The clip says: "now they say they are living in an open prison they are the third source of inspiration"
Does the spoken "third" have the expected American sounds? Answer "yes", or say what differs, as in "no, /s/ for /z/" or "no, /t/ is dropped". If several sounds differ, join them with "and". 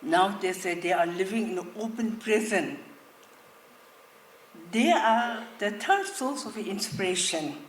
no, /t/ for /θ/